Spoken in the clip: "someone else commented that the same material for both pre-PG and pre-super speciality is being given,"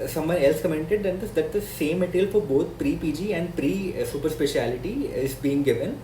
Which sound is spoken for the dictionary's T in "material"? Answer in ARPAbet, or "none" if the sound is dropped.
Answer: S